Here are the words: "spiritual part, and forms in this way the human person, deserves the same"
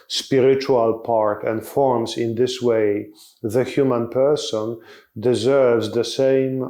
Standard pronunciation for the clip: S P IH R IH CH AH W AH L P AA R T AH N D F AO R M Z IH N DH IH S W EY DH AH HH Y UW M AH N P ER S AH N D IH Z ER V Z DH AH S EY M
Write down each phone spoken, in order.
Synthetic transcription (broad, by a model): S P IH R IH CH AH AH L P AA R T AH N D F AO R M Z IH N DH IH S W EY DH AH HH Y UW M AH N P ER S AH N D IH Z ER V Z DH AH S EY M